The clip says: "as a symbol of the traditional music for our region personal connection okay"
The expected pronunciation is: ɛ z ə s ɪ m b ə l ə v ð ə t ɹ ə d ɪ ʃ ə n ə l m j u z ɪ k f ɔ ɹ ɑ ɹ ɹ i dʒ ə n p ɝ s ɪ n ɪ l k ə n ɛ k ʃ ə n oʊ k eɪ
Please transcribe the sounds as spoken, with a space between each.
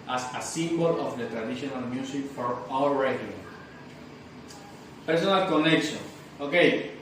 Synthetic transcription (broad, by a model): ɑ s ə s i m b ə l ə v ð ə t ɹ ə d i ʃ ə n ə l m j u s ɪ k f ɔ ɹ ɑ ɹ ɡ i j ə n p ɝ s ɪ n ɪ l k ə n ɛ k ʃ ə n oʊ k eɪ